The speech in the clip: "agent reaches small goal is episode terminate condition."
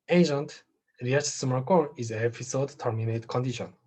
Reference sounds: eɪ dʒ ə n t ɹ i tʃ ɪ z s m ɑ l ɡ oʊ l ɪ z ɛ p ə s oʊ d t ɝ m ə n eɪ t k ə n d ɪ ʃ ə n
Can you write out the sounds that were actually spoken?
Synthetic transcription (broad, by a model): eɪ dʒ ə n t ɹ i ɪ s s m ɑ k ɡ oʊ n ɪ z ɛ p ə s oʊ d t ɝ m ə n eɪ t k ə n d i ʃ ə n